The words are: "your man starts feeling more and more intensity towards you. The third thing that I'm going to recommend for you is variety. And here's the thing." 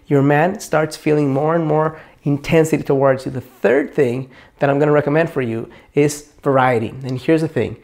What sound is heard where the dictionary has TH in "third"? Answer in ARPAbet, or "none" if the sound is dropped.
TH